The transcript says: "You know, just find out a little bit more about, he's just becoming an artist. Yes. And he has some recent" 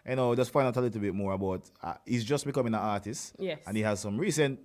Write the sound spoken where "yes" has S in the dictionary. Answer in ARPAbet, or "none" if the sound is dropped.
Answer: none